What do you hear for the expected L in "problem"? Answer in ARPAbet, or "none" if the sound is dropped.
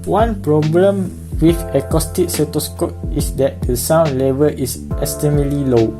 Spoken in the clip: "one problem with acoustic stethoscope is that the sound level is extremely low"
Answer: L